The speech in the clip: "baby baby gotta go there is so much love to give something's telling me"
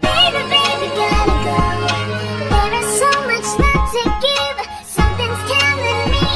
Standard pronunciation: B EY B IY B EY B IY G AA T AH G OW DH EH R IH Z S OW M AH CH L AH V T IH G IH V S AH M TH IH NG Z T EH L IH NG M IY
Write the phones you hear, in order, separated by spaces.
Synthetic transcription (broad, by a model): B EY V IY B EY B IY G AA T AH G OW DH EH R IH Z S OW M AH CH N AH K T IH G IH V S AH M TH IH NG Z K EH N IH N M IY